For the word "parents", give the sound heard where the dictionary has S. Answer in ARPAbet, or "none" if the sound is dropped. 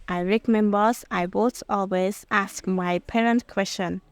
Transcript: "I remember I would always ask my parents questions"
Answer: none